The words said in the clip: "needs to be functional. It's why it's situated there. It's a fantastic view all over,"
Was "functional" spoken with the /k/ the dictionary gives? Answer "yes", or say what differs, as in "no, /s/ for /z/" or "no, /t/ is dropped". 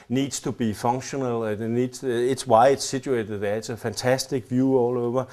no, /k/ is dropped